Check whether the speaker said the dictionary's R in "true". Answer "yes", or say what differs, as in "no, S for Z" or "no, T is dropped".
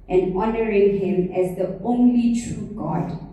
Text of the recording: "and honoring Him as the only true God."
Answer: yes